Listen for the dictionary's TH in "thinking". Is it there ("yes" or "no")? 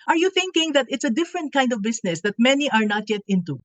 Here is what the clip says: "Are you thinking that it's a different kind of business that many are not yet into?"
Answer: yes